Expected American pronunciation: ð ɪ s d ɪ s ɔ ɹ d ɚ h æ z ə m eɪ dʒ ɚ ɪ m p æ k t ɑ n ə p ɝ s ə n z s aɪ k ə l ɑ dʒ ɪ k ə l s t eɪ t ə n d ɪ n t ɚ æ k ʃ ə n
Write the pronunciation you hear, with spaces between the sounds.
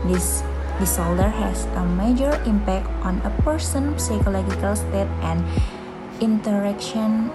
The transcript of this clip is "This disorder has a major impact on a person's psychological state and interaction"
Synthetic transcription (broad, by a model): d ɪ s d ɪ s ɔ l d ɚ h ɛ s ə m eɪ dʒ ɚ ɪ m p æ k t ɑ n ə p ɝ s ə n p s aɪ k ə l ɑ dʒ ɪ k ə l s t eɪ t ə n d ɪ n t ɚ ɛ k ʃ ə n